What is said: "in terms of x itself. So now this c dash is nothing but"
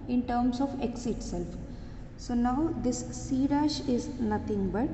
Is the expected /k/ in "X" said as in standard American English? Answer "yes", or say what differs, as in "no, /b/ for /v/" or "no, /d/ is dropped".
yes